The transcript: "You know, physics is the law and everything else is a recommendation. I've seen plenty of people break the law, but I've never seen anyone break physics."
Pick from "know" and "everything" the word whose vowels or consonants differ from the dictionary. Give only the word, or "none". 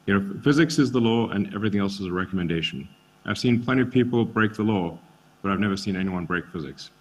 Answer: none